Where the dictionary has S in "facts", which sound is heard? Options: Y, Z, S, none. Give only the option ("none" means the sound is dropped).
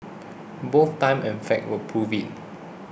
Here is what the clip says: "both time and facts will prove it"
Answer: none